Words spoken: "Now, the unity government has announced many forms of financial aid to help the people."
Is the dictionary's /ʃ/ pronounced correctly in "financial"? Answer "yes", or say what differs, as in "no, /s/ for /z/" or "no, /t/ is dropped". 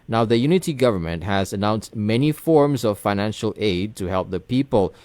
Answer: yes